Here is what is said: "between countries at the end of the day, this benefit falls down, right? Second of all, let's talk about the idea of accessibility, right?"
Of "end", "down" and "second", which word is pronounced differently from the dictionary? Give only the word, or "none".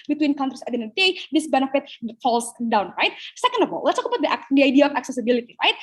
end